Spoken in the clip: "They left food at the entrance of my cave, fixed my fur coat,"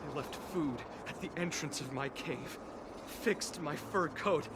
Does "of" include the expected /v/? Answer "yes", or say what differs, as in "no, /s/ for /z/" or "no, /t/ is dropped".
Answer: yes